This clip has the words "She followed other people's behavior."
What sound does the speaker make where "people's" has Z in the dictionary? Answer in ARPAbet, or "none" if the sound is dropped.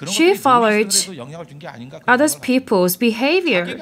Z